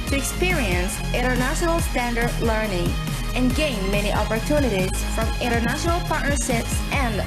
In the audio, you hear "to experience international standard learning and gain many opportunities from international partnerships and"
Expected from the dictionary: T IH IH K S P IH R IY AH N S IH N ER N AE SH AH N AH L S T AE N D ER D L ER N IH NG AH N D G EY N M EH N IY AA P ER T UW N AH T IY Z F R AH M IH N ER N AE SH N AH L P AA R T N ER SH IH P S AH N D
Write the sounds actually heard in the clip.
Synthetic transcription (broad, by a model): T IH IH K S P IH R IY AH N S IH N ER N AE SH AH N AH L S T AE N D ER D L ER N IH NG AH N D G EY N M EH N IY AA P ER T UW N AH T IY Z F R AH M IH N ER N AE SH N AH L P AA R T N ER S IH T S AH N